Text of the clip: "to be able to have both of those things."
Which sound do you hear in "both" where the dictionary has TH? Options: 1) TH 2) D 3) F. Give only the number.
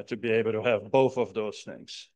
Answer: 1